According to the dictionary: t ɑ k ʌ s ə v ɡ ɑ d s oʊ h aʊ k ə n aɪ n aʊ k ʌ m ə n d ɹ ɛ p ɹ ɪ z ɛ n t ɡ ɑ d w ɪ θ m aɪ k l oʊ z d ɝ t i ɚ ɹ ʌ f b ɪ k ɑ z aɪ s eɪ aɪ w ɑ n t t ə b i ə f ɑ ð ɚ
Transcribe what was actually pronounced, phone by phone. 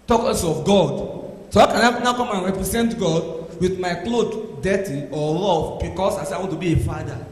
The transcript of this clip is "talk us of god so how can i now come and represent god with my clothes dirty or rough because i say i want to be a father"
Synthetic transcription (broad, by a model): t ɑ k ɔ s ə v ɡ ɑ d s oʊ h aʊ k ə n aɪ n aʊ k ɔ m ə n ɹ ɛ p ɹ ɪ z ɛ n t ɡ ɑ d w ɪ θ m aɪ k l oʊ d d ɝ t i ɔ l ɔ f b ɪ k ɑ s aɪ s eɪ aɪ w ɑ n t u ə b i ə f ɑ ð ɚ